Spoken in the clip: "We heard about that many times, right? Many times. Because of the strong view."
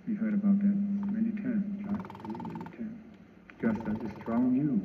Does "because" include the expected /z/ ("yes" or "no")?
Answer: no